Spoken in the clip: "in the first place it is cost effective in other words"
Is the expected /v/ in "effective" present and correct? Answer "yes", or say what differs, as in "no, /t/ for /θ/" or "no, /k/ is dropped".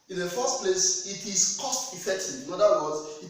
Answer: no, /v/ is dropped